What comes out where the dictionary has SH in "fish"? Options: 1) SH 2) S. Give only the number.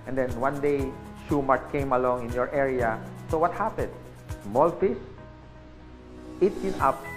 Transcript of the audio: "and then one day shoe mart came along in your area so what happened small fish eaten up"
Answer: 2